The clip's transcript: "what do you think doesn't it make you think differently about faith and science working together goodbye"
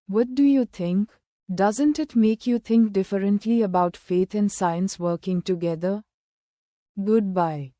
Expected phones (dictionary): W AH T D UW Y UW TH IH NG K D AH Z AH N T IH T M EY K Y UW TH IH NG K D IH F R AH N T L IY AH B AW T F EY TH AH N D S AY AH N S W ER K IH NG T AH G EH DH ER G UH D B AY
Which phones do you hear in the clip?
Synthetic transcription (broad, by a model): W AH T D UW Y UW T IH NG K D AH Z AH N T IH T M EY K Y UW T IH NG K D IH F R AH N T L IY AH B AW T F EY T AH N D S AY AH N S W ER K IH NG T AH G EH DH ER G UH D B AY